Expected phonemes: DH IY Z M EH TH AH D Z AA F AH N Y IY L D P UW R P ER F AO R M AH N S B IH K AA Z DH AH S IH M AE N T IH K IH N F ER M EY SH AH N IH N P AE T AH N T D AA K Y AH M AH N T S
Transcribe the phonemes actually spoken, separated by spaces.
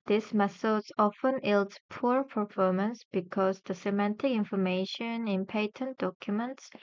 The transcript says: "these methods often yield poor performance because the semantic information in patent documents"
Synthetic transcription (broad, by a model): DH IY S M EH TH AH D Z AA F AH N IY L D P UW R P ER F AO R M AH N S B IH K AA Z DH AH S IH M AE N T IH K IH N F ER M EY SH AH N IH N P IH T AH N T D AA K Y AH M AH N T S